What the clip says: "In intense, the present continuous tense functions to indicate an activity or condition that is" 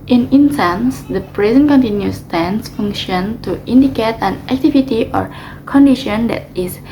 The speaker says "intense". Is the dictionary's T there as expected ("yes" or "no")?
no